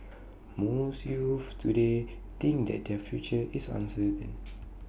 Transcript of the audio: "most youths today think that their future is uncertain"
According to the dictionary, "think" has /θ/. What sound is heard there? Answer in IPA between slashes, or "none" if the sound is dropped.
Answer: /t/